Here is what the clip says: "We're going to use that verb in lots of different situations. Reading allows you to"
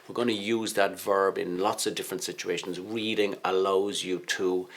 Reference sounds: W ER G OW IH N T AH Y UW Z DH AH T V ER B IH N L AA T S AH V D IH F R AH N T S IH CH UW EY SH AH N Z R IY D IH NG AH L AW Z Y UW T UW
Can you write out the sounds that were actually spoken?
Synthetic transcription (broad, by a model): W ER G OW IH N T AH Y UW Z DH AH T V ER B IH N L AA T S AH V D IH F R AH N T S IH CH UW EY SH AH N Z R IY D IH NG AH L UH Z Y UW T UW